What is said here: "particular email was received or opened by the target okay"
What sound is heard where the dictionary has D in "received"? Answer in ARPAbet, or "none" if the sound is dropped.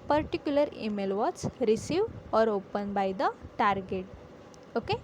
none